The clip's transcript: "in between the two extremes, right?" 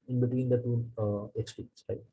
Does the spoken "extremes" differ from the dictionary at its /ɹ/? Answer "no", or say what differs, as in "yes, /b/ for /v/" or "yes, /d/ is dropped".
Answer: yes, /ɹ/ is dropped